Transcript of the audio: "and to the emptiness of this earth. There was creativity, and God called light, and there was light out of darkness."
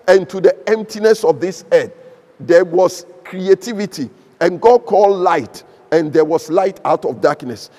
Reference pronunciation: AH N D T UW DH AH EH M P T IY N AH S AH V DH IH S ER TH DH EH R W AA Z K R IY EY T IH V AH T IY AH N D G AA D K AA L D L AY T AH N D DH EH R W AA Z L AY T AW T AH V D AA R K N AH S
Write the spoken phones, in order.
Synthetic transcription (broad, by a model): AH N T UW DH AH EH M P T IY N AH S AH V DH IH S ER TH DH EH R W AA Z K R IY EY T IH V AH T IY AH N G AA D K AA L D L AY T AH N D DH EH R W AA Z L AY T AW T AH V D AA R K N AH S